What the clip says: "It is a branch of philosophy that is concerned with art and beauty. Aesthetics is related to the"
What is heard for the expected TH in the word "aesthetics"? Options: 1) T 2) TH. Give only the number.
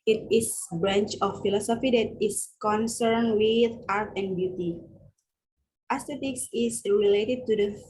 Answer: 1